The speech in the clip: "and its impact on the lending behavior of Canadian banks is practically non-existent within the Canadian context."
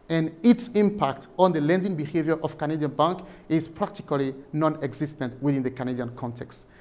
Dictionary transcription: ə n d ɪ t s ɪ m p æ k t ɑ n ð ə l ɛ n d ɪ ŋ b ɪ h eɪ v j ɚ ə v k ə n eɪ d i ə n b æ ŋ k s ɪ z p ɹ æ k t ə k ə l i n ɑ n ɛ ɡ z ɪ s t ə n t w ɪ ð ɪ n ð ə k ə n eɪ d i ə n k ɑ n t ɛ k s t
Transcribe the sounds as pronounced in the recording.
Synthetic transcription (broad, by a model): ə n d ɪ t s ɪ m p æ k t ɑ n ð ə l ɛ n d ɪ ŋ b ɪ h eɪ v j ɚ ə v k ə n eɪ d i ə n b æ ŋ k ɪ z p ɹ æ k t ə k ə l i n ɑ n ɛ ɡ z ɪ s t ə n t w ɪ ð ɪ n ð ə k ə n eɪ d i ə n k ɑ n t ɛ k s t